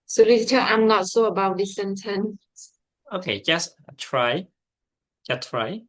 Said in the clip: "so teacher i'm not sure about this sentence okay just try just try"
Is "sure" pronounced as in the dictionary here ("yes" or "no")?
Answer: no